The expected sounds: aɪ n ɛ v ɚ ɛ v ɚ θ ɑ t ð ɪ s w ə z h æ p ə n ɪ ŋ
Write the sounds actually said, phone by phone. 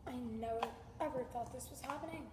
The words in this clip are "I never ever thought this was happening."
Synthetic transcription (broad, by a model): aɪ n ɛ ʊ ɛ v ɚ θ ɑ t ð ɪ s w ə z h æ p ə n ɪ ŋ